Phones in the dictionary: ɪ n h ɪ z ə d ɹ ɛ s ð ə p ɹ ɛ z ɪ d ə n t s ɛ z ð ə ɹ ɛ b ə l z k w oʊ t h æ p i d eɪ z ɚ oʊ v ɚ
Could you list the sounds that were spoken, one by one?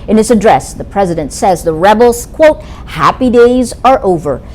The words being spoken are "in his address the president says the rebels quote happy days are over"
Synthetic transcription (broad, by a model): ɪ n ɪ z ə d ɹ ɛ s ð ə p ɹ ɛ z ɪ d ə n t s ɛ z ð ə ɹ ɛ b l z k w oʊ t h æ p i d eɪ z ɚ oʊ v ɚ